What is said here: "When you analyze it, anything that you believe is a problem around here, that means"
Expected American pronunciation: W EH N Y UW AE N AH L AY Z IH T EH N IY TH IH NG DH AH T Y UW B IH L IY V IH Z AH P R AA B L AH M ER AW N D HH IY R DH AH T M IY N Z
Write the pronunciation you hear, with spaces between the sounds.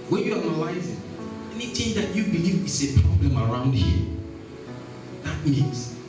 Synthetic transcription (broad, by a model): W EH N Y UW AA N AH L AY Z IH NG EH N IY T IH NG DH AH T Y UW B IH L IY V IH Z AH P R AA B L AH M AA AW N D HH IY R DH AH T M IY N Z